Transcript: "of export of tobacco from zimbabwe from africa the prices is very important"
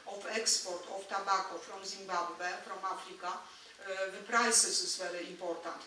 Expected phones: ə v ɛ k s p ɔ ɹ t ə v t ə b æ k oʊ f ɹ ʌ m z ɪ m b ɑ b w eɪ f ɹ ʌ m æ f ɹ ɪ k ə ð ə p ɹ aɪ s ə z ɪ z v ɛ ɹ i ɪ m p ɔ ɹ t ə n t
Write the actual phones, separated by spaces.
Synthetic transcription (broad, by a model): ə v ɛ k s p ɔ ɹ t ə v t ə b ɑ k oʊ f ɹ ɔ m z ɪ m b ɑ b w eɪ f ɹ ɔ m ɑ f ɹ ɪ k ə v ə p ɹ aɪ s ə s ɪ s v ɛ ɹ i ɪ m p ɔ ɹ t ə n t